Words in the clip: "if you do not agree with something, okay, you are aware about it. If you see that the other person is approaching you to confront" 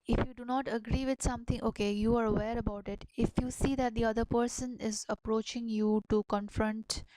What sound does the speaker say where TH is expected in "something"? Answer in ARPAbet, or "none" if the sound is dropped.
T